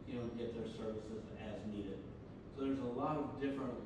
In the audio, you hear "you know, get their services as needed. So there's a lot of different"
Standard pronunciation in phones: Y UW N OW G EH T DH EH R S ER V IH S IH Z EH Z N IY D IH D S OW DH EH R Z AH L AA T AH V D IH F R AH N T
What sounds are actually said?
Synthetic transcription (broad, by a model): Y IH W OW G EH T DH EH R S ER V IH S IH Z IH Z N IY D IH D S OW DH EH R Z AH L AA T AH V D IH F R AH N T